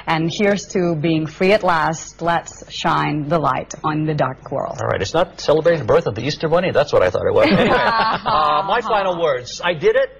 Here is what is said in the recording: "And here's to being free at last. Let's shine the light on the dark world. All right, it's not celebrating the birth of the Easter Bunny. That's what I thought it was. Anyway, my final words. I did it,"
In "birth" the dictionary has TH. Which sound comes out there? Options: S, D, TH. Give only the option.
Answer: TH